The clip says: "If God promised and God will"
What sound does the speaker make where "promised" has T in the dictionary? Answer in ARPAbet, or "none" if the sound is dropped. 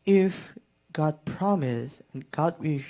none